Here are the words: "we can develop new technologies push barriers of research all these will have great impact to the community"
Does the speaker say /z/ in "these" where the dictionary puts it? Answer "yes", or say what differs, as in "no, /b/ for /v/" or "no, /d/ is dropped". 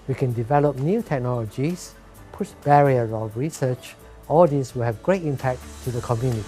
no, /s/ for /z/